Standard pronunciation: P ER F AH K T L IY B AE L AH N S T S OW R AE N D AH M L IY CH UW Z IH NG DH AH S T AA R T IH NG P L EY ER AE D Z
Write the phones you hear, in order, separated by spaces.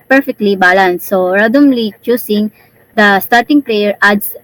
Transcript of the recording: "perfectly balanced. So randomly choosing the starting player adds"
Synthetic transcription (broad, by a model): P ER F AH K T L IY B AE L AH N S S OW R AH D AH M L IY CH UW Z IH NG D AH S T AA R T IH NG P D EY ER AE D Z